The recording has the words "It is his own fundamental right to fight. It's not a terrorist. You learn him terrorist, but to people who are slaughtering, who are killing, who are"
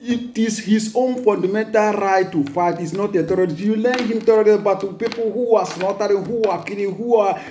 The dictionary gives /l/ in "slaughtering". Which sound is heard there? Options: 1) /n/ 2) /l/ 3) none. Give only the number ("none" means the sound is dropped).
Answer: 1